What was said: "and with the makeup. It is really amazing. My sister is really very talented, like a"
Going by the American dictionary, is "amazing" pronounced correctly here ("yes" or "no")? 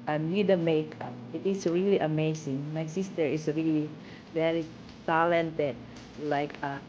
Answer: no